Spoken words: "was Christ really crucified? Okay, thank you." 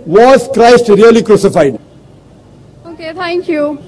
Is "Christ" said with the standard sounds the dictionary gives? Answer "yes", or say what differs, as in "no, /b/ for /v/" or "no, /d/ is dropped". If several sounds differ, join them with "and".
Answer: yes